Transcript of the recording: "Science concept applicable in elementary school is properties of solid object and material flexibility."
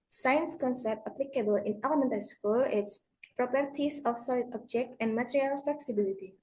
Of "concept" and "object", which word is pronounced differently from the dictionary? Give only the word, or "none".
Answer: none